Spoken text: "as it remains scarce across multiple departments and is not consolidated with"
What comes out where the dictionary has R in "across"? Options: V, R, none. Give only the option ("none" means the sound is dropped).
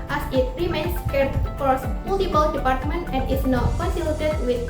none